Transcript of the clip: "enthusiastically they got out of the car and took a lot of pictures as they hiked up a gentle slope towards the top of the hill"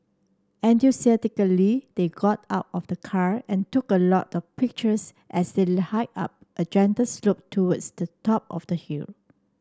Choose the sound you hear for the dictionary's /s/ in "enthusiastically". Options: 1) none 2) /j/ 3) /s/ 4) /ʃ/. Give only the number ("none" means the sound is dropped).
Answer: 1